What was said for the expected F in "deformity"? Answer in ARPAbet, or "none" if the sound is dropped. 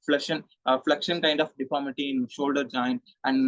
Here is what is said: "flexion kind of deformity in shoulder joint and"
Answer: P